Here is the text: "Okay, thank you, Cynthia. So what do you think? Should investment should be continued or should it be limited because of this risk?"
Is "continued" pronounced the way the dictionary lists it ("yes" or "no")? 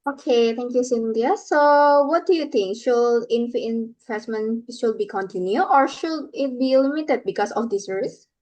no